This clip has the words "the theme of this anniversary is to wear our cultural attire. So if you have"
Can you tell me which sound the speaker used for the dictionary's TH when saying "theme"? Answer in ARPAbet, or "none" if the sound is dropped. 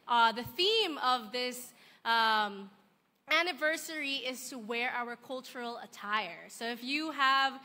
TH